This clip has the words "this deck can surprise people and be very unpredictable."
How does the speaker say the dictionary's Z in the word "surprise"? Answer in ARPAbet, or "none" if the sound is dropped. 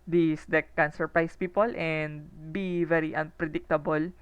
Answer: S